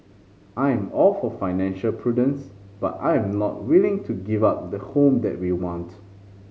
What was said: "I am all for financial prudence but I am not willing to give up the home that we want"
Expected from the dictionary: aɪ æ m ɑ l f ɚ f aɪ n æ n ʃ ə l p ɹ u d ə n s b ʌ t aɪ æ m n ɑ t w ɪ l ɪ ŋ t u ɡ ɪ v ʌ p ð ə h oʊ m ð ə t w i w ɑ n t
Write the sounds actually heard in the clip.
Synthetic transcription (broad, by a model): aɪ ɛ m ɑ l f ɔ f aɪ n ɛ n ʃ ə l p ɹ u d ə n s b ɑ t aɪ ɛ m n ɑ t w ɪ l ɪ ŋ t u ɡ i v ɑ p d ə h oʊ m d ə t w i w ɑ n t